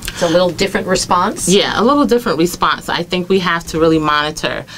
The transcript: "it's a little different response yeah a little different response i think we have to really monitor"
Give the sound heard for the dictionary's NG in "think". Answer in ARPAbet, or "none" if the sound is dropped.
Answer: NG